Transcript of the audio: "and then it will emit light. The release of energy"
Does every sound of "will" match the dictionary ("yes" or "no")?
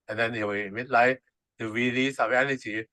no